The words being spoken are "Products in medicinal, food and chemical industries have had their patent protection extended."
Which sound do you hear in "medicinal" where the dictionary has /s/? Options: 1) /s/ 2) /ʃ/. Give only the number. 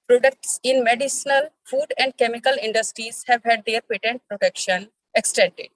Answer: 1